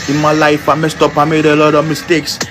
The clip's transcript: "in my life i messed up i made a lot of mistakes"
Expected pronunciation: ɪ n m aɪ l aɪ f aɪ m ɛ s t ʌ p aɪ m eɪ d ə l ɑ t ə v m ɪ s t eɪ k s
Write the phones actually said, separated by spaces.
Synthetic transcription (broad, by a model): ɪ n m aɪ l aɪ f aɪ m ɛ s t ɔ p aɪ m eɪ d ə l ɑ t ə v m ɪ s t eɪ k s